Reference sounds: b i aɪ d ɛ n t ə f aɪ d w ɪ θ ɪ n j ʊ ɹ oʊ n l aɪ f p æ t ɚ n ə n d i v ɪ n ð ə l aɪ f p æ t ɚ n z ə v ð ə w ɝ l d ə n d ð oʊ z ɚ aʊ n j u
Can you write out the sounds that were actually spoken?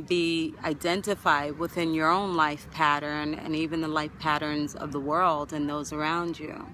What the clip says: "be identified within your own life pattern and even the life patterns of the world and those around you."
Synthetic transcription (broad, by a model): b i aɪ d ɛ n t ə f aɪ d w ɪ θ ɪ n j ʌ ɹ oʊ n l aɪ f p æ t ɚ n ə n i v ɪ n ð ə l aɪ f p æ t ɚ n z ə v ð ə w ɝ l d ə n ð oʊ z ɚ aʊ n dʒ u